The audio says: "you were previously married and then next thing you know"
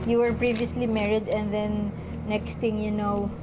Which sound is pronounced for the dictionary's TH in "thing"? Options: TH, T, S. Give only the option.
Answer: T